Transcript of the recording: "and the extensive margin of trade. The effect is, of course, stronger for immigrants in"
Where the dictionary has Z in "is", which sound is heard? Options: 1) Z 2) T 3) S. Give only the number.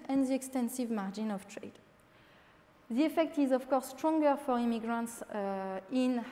1